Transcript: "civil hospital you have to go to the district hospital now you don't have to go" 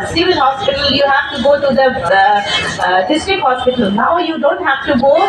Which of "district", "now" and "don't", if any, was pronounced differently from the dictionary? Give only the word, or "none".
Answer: district